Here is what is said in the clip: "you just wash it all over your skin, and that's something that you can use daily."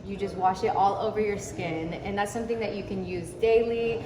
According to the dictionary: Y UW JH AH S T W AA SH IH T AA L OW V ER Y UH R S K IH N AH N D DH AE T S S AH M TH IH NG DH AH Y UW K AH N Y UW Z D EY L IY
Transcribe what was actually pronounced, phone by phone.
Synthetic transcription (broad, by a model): Y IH JH AH S T W AA SH IH T AA L OW V ER Y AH R S K IH N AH N DH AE T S S AH M TH IH NG DH AH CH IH K AH N Y UW Z D EY L IY